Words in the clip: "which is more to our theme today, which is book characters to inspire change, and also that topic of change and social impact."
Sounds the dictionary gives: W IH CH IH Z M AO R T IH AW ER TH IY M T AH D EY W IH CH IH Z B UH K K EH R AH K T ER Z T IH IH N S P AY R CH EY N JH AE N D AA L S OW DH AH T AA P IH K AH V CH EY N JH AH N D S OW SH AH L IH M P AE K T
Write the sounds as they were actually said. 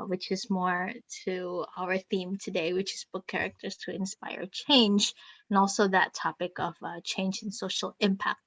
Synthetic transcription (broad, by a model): W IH CH IH Z M AO R T IH AW ER TH IY M T AH D EY W IH CH IH Z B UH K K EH R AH K T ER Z T IH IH N S P AY R CH EY N JH N AA L S OW DH AH T AA P IH K AH V CH EY N JH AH N S OW SH L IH M P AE K T